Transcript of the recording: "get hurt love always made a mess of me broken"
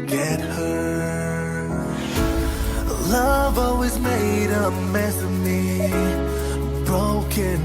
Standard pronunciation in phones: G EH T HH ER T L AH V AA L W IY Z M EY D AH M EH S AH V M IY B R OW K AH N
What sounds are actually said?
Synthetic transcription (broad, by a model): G EH T HH ER L AH V AA L W IY Z M EY D AH M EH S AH M IY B R OW K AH N